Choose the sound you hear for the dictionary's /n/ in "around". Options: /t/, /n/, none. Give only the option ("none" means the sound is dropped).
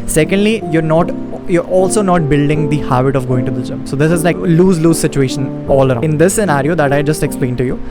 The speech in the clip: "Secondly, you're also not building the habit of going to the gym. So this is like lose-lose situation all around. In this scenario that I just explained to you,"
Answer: none